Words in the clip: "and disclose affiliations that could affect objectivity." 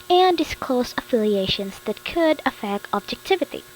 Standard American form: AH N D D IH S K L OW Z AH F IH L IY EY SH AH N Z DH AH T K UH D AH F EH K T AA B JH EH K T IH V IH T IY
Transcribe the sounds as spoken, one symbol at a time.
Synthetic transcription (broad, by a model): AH N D D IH S K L OW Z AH F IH L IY EY SH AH N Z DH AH T K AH D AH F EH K AA B JH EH K T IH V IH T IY